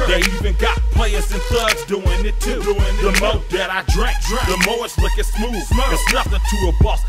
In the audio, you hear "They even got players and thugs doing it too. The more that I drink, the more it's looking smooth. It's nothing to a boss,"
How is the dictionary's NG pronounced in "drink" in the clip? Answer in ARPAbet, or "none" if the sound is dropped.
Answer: none